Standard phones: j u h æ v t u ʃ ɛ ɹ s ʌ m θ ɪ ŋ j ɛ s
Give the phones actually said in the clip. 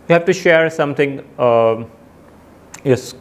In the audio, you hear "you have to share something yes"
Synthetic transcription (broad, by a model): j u h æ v t u ʃ ɛ ɹ s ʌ m t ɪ ŋ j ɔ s